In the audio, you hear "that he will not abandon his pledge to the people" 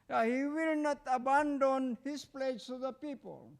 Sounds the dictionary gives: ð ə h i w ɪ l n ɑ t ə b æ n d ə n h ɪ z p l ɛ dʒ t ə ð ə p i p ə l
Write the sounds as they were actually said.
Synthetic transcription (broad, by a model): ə h i w ɪ l n ɑ t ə b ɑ n d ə n h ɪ s p l ɛ dʒ s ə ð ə p i p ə l